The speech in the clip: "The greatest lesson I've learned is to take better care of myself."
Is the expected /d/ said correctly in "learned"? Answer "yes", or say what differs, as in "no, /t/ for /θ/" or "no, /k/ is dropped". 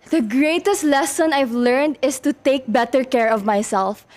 yes